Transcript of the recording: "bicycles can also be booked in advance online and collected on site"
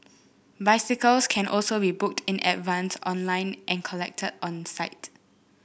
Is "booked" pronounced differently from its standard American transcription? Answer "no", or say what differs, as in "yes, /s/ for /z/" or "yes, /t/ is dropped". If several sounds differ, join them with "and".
no